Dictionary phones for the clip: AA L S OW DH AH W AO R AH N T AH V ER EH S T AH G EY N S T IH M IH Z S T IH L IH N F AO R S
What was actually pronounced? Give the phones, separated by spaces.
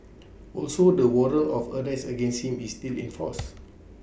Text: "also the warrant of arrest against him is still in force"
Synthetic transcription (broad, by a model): AA L S OW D AH W AO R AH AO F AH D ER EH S AH G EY N S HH IH M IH S T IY L IH N F AO S